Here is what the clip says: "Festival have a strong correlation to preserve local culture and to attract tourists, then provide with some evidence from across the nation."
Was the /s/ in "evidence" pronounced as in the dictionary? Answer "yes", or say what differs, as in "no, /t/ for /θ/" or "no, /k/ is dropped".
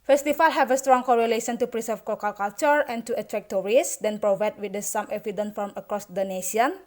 no, /s/ is dropped